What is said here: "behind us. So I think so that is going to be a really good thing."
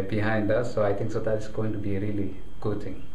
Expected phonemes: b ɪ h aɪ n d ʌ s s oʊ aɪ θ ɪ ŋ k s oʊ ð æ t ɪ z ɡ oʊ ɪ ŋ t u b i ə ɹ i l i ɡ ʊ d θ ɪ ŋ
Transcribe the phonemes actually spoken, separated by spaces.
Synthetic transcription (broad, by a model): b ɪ h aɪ n d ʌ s s oʊ aɪ t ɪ ŋ k s oʊ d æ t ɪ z ɡ oʊ ɪ ŋ t u b i ɹ i l i ɡ ʊ d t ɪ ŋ